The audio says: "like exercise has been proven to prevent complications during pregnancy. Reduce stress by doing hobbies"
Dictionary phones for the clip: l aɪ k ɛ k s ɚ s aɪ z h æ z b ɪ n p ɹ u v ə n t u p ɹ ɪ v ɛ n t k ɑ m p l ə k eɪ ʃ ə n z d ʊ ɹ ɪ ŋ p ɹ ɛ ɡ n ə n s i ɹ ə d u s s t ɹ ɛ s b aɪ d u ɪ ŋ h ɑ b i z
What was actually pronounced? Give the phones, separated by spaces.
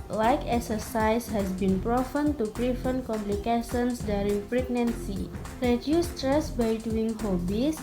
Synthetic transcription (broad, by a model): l aɪ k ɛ k s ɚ s aɪ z h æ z b ɪ n p ɹ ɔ f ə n t u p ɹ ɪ f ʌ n k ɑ m p l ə k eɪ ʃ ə n s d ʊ ɹ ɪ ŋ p ɹ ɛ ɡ n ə n s i ɹ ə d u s s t ɹ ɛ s b aɪ d u ɪ ŋ h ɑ b i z